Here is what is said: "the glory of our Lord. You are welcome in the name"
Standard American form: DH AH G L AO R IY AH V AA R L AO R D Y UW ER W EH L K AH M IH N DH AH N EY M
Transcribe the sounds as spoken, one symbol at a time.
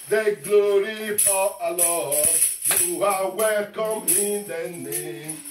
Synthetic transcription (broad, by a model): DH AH G L AO R IY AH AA L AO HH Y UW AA W EH L K AH M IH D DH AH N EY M